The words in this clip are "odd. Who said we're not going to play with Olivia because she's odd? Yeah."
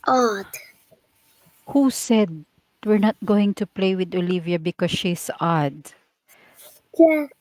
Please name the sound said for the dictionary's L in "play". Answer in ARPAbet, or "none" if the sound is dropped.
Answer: L